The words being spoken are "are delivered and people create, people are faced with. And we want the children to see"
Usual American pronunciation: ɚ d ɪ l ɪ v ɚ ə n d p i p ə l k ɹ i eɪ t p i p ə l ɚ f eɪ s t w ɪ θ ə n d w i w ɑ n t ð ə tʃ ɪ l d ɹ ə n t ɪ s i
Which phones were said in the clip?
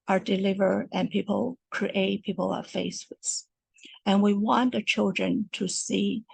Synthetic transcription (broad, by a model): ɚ d ɪ l ɪ v ɚ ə n p i p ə l k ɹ i eɪ t p i p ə l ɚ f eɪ s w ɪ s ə n w i w ɑ n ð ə tʃ ɪ l d ɹ ə n t ɪ s i